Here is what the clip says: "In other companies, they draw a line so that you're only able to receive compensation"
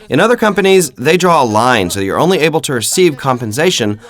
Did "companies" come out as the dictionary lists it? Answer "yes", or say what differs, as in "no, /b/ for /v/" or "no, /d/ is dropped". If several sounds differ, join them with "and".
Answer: yes